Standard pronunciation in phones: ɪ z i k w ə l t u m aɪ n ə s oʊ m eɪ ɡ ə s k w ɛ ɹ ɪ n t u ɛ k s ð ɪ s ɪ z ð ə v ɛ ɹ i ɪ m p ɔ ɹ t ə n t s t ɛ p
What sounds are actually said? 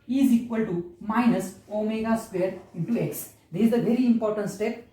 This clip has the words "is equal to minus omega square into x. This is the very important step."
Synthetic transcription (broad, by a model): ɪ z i k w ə l t u m aɪ n ə s oʊ m eɪ ɡ ə s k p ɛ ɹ ɪ n t u ɛ k s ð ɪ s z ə v ɛ ɹ i ɪ m p ɔ ɹ t ə n t s t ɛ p